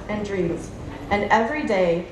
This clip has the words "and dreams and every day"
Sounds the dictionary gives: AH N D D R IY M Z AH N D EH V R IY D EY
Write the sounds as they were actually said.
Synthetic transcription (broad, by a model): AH N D D R IY M Z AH N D EH V R IY D EY